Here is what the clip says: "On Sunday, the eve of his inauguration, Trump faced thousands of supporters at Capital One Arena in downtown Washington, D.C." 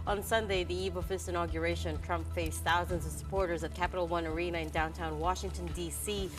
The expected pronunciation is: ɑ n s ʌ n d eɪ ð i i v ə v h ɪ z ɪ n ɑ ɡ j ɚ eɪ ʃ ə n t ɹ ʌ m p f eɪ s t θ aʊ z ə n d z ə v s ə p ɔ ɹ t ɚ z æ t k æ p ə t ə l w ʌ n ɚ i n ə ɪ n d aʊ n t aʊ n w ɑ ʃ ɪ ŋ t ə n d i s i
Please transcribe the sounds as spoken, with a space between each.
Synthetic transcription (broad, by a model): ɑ n s ʌ n d eɪ ð i i v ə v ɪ s ɪ n ɑ ɡ j ɚ eɪ ʃ ə n t ɹ ʌ m p f eɪ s θ aʊ z ə n d z ə v s ə p ɔ ɹ t ɚ z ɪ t k æ p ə t l w ʌ n ɚ i n ə ɪ n d aʊ n t aʊ n w ɑ ʃ ɪ ŋ t ə n d i s i